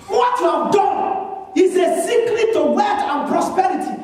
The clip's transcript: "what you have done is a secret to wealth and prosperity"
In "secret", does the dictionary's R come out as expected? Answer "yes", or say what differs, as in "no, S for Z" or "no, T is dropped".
no, L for R